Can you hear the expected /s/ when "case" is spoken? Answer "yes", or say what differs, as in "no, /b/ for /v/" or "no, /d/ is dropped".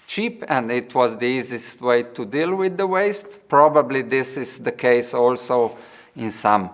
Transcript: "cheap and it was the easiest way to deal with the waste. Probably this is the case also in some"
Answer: yes